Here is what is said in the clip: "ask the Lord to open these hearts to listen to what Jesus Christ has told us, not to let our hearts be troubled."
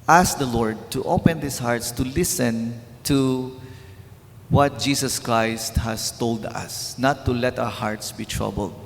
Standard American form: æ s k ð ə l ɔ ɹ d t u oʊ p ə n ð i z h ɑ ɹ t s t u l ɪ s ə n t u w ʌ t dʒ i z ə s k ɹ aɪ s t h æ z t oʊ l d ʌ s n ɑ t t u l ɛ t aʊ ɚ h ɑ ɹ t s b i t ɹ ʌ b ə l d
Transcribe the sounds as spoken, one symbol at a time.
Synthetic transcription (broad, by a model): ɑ s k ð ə l ɔ ɹ d t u oʊ p ə n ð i s h ɑ ɹ t s t u l ɪ s ə n t u w ʌ t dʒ i s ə s k ɹ aɪ s t h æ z t oʊ l d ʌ s n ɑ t t u l ɛ t aʊ ɚ h ɑ ɹ t s b i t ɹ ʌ b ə l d